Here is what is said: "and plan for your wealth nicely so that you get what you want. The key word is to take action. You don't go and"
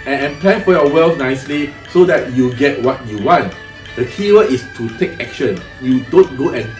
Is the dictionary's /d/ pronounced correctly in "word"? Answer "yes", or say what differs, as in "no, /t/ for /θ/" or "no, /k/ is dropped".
no, /d/ is dropped